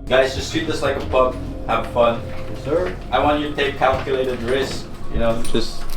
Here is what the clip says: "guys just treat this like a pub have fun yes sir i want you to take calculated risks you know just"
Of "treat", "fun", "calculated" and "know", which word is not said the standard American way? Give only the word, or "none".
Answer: treat